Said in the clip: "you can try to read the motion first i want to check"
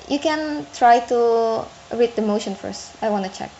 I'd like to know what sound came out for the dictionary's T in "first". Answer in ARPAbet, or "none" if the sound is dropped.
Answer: T